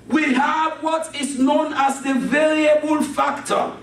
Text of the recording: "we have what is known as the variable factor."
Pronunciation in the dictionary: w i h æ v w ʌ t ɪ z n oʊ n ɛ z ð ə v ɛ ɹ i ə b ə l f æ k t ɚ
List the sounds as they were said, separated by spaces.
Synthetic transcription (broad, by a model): w i h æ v w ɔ t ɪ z n oʊ n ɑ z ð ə v ɛ ɹ i ə b ə l f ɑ k t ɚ